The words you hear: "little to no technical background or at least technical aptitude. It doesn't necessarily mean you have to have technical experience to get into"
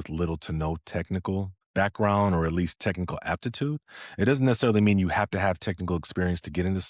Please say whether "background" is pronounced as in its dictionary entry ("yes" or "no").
yes